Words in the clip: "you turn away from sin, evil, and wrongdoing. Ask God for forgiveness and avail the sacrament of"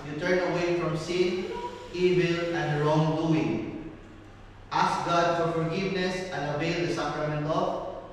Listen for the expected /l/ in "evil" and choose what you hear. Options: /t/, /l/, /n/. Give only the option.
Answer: /l/